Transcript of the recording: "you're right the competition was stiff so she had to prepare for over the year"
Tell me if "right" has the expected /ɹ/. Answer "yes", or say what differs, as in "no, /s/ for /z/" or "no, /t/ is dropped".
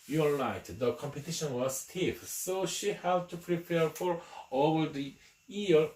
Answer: no, /l/ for /ɹ/